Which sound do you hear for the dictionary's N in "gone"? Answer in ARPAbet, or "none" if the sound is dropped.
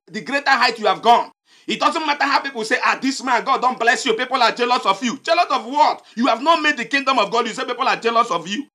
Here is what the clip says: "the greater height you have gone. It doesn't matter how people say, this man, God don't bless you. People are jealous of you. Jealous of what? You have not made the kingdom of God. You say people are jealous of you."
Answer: N